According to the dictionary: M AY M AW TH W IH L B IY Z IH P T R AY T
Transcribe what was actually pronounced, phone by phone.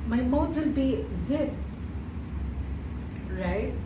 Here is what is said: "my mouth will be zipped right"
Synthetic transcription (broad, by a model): M AY M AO T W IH L B IY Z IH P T R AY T